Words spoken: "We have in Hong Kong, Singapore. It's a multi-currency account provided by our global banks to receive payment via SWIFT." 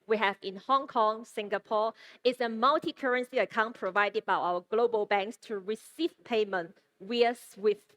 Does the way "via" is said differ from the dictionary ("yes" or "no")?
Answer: yes